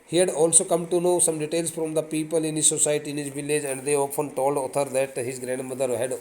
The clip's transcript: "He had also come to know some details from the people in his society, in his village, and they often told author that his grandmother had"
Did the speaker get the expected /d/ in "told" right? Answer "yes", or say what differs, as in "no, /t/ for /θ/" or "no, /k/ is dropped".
yes